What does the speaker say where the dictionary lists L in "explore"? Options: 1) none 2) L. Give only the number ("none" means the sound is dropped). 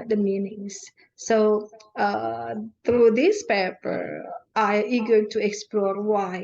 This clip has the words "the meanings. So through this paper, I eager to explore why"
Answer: 2